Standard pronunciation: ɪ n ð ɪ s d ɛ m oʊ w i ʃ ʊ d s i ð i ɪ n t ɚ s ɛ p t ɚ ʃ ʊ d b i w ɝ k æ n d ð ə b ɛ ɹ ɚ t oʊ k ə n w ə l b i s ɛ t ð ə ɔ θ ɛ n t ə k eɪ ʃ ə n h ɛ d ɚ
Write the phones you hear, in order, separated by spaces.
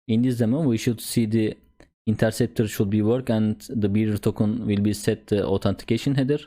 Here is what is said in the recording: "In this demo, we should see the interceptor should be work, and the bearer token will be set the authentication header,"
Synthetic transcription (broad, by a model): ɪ n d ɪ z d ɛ m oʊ w i ʃ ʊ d s i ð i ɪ n t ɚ s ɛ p t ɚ ʃ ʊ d b i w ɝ k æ n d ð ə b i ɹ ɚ t oʊ k ə n w ə l b i s ɛ t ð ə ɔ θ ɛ n t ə k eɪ ʃ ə n h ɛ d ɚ